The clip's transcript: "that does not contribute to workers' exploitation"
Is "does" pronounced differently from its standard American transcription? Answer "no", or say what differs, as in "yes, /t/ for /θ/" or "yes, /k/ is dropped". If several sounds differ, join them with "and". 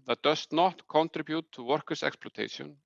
yes, /s/ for /z/